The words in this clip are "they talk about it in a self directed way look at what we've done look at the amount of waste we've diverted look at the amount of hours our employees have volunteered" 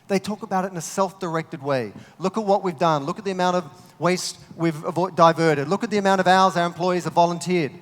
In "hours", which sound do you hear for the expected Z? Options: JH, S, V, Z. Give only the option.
Z